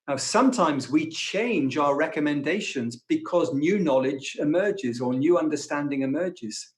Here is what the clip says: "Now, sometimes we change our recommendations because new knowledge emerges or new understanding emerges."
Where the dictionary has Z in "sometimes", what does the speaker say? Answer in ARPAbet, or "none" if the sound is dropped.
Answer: Z